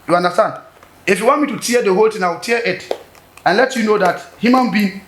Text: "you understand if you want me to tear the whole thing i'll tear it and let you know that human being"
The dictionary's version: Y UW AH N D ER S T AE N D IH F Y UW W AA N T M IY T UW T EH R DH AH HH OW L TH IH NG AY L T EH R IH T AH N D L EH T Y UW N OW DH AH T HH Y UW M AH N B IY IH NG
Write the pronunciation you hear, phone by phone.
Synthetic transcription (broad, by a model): Y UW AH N D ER S T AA N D IH F Y UW W AA N T M IY T UW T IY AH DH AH HH OW L T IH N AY W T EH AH IH T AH N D L EH T Y UW N OW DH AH T HH Y UW M AH N B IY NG